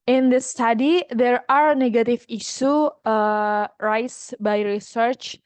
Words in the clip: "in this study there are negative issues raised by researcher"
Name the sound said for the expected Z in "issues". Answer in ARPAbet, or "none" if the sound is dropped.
none